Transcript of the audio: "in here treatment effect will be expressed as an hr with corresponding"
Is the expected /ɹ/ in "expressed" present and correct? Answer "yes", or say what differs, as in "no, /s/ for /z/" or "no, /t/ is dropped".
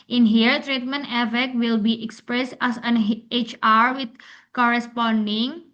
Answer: yes